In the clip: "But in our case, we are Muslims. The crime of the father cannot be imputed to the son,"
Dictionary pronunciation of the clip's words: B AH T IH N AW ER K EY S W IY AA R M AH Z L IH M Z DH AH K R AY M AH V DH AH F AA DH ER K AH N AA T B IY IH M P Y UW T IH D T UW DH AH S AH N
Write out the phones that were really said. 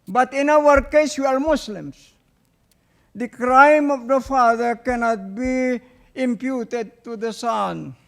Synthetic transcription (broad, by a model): B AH T IH N AW ER K EY S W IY AA R M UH S L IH M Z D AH K R AY M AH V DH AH F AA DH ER K AH N AA T B IY IH M P Y UW T IH D T UW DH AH S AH N